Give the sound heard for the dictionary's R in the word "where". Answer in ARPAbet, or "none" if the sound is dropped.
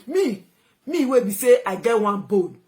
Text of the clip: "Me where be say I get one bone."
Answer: W